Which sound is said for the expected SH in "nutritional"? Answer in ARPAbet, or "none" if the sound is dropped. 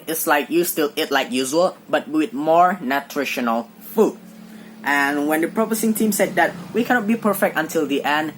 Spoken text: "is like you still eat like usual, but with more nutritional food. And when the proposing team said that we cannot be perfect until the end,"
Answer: SH